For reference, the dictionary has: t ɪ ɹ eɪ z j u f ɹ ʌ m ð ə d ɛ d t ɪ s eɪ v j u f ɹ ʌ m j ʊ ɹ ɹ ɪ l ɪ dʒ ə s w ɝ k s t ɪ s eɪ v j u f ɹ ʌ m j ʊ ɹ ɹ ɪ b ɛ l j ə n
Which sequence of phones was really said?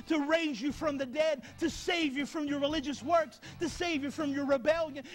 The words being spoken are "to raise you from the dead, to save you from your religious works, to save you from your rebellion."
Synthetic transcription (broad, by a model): t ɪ ɹ eɪ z j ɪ f ɹ ʌ m ð ə d ɛ d t ɪ s eɪ v j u f ɹ ʌ m j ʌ ɹ ɹ ɪ l ɪ dʒ ə s w ɝ k s t ɪ s eɪ v j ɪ f ɹ ʌ m j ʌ ɹ ɹ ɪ b ɛ l j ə n